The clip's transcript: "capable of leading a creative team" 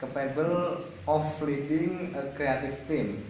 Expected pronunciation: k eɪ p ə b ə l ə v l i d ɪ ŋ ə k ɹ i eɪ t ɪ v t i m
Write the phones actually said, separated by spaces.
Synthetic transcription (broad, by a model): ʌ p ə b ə l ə f l i d ɪ ŋ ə k ɹ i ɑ t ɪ f t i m